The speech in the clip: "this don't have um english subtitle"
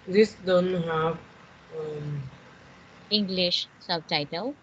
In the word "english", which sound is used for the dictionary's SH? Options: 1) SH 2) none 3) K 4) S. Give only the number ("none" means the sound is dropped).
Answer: 1